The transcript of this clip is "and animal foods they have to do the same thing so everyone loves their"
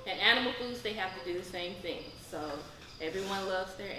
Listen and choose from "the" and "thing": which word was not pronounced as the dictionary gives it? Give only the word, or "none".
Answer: none